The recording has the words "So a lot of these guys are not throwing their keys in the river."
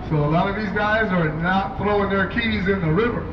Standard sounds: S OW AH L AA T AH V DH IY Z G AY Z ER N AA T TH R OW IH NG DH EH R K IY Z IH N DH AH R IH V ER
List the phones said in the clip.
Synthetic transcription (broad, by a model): S OW AH L AA T AH V DH IY Z G AY Z ER N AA T TH R OW IH NG DH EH R K IY Z IH N DH AH R IH V ER